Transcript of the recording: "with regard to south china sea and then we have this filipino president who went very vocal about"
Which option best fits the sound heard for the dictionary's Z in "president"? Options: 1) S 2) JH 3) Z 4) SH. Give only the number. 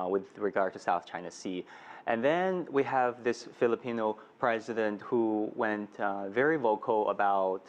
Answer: 3